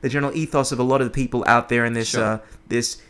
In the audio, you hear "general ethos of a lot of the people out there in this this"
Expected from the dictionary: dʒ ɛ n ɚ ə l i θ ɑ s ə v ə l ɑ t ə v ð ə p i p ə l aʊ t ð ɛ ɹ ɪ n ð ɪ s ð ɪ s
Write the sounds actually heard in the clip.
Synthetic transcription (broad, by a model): dʒ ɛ n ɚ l i θ ɑ s ə v ə l ɑ t ə v ð ə p i p l aʊ t ð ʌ ɹ ɪ n ð ɪ s ð ɪ s